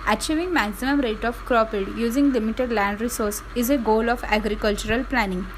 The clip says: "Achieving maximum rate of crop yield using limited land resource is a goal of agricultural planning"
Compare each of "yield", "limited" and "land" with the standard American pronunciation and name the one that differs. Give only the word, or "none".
yield